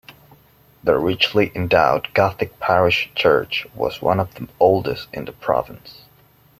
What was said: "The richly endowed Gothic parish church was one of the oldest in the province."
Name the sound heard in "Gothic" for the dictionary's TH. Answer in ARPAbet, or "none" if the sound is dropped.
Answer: TH